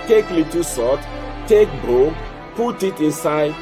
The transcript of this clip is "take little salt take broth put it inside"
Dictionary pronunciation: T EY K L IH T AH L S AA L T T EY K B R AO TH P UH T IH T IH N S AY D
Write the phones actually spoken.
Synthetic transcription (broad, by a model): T EY K L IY T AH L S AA T T EY K B AO P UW T IH T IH N S AY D